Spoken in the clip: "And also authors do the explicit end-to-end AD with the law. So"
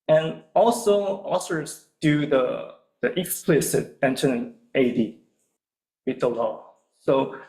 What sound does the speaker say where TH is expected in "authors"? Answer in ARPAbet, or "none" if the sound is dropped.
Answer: S